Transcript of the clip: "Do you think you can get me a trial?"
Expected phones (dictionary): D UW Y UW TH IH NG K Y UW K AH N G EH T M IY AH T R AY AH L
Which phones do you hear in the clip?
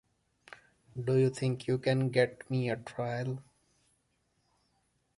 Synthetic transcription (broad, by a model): D UW Y UW T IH NG K Y UW K AH N G EH T M IY AH T R AY AH L